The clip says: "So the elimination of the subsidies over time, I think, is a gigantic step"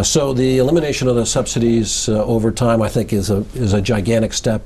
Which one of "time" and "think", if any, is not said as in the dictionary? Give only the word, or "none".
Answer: none